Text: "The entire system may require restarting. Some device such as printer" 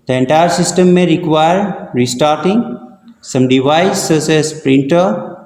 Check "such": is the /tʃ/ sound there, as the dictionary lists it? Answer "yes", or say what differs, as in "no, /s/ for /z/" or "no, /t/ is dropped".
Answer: no, /s/ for /tʃ/